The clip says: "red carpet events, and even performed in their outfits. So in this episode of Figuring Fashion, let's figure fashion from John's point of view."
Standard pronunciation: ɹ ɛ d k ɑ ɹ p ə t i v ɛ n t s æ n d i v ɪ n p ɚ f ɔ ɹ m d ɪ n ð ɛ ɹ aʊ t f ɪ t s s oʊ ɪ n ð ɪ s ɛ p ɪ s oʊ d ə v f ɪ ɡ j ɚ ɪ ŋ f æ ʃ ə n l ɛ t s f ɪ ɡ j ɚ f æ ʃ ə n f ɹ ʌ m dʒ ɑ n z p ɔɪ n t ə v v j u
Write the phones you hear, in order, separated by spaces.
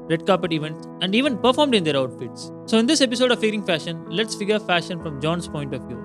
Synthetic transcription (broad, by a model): ɹ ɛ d k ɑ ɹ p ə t i v ɛ n t s æ n d i v ɪ n p ɚ f ɔ ɹ m d ɪ n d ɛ ɹ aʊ t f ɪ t s s oʊ ɪ n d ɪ s ɛ p ɪ s oʊ d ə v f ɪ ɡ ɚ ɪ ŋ f æ ʃ ə n l ɛ t s f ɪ ɡ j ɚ f æ ʃ ə n f ɹ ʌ m dʒ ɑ n s p ɔɪ n t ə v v j u